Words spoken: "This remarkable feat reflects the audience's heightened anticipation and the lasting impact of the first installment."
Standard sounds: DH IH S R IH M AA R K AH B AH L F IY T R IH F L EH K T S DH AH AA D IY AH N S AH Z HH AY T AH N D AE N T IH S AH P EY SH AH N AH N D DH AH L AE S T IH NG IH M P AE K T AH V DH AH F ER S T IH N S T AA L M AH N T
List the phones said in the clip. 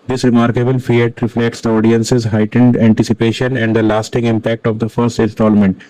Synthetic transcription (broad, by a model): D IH S R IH M AA R K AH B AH L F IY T R IH F L EH K T S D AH AA D IY AH N S AH Z HH AY T AH N D AE N T IH S AH P EY SH AH N AH N D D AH L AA S T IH NG IH M P AE K T AH V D AH F ER S T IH N S T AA L M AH N T